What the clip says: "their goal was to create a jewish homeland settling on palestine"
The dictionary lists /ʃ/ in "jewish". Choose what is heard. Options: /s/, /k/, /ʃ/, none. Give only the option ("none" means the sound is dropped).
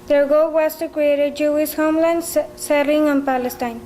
/s/